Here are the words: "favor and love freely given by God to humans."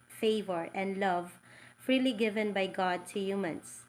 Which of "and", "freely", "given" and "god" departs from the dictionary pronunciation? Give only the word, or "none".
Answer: none